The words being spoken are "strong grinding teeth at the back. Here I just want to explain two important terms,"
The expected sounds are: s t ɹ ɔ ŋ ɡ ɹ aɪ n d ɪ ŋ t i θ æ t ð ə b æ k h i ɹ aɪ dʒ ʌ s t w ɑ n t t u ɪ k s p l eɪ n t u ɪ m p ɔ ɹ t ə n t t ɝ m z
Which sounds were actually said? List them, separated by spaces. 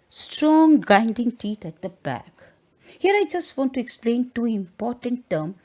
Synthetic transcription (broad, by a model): s t ɹ ɔ ŋ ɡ aɪ n d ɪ ŋ t i t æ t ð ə b æ k h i ɹ aɪ dʒ ʌ s t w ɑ n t t u ɪ k s p l eɪ n t u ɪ m p ɔ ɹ t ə n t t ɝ m